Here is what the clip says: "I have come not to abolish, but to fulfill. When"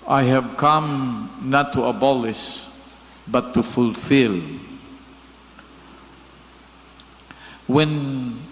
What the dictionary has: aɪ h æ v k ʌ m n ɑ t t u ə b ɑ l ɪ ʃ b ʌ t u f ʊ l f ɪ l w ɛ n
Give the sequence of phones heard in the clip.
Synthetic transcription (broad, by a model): aɪ h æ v k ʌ m n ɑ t t u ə b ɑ l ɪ s b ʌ t u f ʊ l f ɪ l w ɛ n